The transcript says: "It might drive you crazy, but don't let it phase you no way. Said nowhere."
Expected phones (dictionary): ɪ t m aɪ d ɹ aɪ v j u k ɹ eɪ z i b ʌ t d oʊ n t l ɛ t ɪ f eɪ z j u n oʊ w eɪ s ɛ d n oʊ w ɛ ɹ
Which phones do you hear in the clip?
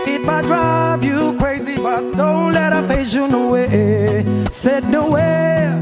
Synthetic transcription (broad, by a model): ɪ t m aɪ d ɹ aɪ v j u k ɹ eɪ z i b ʌ t d oʊ n t l ɛ t ɪ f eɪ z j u n oʊ w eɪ s ɛ d n oʊ w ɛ